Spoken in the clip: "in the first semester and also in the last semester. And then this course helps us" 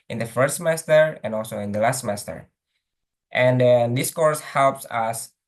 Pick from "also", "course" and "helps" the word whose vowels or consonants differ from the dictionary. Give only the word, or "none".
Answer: none